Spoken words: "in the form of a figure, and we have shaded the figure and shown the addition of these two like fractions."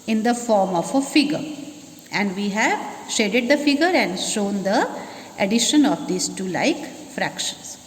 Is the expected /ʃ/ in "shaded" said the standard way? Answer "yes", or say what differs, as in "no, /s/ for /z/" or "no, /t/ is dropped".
yes